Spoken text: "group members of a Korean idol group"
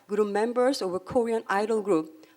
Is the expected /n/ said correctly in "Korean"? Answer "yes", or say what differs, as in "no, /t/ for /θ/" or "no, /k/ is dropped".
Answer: yes